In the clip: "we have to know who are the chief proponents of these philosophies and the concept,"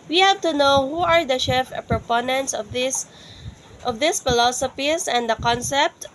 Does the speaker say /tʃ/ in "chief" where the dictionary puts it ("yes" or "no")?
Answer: no